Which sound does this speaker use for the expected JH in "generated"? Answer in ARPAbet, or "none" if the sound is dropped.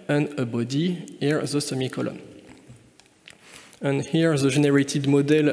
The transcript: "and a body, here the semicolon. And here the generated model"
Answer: ZH